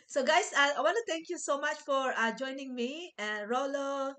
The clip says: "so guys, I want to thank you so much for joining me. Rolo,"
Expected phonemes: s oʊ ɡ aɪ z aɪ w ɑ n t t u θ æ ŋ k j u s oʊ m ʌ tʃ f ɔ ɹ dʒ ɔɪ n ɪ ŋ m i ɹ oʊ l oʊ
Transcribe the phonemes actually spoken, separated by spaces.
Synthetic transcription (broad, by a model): s oʊ ɡ aɪ s aɪ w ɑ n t t u t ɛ ŋ k j u s oʊ m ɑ tʃ f ɔ ɹ dʒ ɔɪ n ɪ ŋ m i ɹ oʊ l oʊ